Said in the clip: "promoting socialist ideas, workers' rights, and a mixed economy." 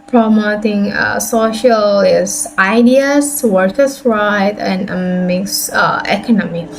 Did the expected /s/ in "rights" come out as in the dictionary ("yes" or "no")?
no